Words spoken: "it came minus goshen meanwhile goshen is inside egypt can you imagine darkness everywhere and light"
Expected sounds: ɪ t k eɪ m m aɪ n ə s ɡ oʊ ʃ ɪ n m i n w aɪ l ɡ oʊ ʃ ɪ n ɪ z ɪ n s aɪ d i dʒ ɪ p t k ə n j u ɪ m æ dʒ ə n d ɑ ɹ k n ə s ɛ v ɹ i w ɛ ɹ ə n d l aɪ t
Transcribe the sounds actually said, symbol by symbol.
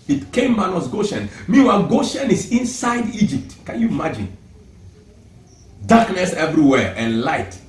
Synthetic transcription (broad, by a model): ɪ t k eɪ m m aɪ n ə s ɡ oʊ ʃ ɪ n m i w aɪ ɡ oʊ ʃ ɪ n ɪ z ɪ n s aɪ d i dʒ ɪ p t k ə n j u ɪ m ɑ dʒ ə n d ɑ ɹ k n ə s ɛ v ɹ i w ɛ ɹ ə n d l aɪ t